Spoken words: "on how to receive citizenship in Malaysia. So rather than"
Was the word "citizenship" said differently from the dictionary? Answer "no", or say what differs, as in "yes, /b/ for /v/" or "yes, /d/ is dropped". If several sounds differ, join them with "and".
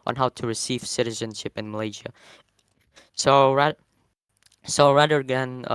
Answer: no